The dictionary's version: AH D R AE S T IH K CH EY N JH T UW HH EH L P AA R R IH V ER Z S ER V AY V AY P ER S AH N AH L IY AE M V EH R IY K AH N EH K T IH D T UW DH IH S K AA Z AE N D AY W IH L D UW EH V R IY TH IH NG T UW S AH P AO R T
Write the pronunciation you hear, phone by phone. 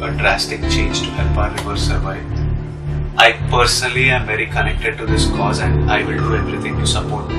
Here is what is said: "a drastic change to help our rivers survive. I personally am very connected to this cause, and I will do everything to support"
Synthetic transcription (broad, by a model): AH D R AE S T IH K CH EY N JH T UW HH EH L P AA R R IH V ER S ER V AY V AY P ER S AH N AH L IY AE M V EH R IY K AH N EH K T IH D T UW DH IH S K AA Z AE N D AY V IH L D UW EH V R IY T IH NG T UW S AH P AO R T